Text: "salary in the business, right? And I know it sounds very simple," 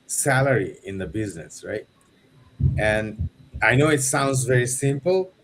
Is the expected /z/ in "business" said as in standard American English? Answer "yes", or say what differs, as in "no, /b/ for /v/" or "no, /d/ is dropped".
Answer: yes